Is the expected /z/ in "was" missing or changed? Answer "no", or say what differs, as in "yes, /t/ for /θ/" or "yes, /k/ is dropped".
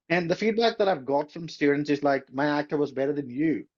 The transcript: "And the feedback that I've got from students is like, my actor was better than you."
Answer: no